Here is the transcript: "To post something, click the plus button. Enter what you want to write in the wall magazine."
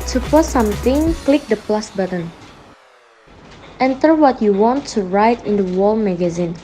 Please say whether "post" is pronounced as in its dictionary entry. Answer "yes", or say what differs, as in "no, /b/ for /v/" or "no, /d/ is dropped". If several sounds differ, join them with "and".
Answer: no, /s/ is dropped